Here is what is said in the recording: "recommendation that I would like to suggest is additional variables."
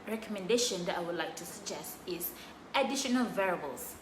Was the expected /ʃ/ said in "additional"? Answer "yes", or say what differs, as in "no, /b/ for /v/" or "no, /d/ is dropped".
yes